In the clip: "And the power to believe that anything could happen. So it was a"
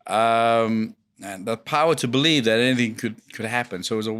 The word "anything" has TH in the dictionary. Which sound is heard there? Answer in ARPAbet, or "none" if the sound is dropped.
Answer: TH